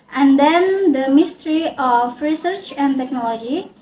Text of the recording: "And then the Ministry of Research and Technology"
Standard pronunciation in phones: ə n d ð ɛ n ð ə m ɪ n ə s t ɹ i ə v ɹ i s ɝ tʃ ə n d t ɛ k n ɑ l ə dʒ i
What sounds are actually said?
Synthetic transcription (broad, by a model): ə n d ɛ n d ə m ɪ s t ɹ i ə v ɹ i s ɝ tʃ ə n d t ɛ k n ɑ l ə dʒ i